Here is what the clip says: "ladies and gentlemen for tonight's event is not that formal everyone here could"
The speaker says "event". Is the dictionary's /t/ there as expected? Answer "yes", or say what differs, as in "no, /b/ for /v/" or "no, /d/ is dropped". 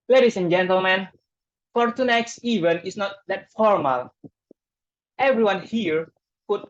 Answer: no, /t/ is dropped